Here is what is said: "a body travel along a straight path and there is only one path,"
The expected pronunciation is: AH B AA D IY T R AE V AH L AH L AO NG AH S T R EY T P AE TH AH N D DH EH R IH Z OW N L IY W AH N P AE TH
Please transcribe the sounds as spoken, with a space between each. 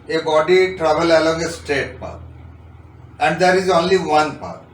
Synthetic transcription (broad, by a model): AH B AA D IY T R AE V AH L AH L AO NG AH S T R EY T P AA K AH N D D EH R IH Z OW N L IY W AH N P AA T